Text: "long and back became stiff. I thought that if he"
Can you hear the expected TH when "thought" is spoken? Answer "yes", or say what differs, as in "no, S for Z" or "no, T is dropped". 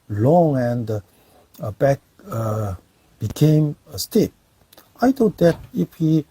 no, T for TH